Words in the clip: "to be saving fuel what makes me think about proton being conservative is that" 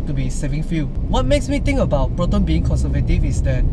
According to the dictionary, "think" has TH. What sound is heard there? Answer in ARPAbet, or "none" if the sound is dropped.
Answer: T